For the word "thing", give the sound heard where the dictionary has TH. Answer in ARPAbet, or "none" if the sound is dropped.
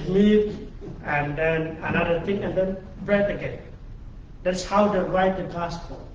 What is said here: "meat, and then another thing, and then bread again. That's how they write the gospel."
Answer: T